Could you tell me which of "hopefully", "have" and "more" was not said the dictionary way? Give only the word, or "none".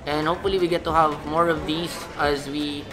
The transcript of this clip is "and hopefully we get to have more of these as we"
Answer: none